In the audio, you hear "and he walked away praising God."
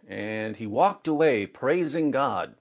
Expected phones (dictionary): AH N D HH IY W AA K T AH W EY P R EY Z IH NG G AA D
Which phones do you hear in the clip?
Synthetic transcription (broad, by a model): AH N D IY W AA K T AH W EY P R EY Z IH NG G AA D